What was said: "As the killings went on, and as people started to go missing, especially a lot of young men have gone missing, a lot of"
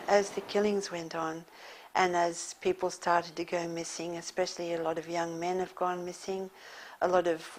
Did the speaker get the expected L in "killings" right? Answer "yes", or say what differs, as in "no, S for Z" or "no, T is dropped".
yes